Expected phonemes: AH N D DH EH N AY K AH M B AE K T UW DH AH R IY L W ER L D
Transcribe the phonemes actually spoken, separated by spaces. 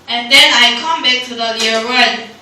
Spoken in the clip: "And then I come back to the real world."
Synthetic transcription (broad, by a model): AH N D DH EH N AY K AH M B AE K T UW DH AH L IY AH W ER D